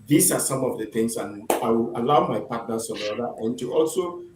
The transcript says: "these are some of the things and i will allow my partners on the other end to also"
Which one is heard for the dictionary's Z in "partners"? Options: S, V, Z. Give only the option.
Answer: S